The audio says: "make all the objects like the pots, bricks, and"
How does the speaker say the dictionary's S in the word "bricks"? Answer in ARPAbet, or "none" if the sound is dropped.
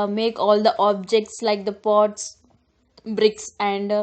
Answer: S